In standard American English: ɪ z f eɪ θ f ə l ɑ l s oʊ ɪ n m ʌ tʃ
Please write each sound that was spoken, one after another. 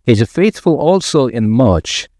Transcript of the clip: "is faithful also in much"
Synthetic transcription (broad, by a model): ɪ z f eɪ θ f ə l ɑ l s oʊ ɪ n m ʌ tʃ